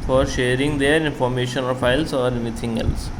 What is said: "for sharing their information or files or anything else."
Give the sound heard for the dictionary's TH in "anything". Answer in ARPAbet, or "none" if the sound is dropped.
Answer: T